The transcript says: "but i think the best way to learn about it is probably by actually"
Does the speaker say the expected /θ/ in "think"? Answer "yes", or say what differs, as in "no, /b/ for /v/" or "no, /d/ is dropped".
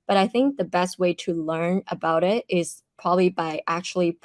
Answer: yes